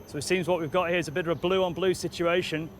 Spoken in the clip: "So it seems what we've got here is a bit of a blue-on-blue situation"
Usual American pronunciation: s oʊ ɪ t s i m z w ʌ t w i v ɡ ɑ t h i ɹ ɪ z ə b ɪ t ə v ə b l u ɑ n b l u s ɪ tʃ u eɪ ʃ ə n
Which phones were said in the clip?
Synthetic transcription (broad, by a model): s oʊ ɪ t s i m z w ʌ t w i v ɡ ɑ t h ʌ ɹ ɪ z ə b ɪ t ə v ə b l u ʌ n b l u s ɪ tʃ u eɪ ʃ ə n